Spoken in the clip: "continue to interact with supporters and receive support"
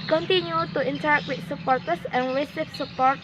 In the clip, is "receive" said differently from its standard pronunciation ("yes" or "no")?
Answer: yes